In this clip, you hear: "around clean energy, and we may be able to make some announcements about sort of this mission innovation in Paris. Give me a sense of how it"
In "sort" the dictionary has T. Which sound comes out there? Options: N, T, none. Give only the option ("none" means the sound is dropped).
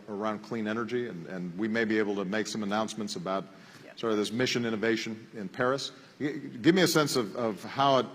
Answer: none